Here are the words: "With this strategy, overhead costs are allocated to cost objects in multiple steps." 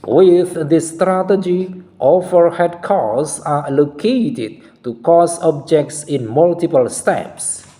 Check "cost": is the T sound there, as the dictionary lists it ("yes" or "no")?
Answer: no